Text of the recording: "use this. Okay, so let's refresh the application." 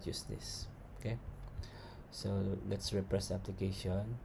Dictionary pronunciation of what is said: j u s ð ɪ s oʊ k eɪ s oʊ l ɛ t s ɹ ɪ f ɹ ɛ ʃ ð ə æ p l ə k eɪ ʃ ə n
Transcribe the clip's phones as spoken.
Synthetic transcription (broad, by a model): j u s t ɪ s oʊ k eɪ s oʊ l ɛ t s ɹ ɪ p ɹ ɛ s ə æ p l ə k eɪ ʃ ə n